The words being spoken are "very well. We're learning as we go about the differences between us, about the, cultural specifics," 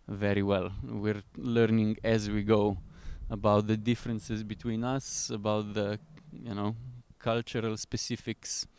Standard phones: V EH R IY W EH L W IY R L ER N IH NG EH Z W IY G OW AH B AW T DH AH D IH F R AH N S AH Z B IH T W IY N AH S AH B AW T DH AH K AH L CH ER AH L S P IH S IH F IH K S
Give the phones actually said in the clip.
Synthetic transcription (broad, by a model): V EH R IY W EH L W IY R L ER N IH NG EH Z W IY G OW AH B AW T DH AH D IH F R AH N S AH Z B IH T W IY N AH S AH B AW T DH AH K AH L CH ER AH L S P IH S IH F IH K S